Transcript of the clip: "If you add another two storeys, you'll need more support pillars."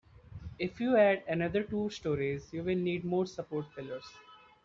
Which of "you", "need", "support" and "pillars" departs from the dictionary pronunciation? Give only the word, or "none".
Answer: pillars